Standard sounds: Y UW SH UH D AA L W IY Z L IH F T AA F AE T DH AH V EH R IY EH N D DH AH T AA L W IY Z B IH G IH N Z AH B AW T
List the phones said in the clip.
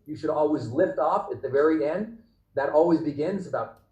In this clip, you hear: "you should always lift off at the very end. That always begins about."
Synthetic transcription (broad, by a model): Y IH SH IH D AA L W IY Z L IH F T AA F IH T DH AH V EH R IY EH N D DH AH T AA L W IY Z B IH G IH N Z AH B AW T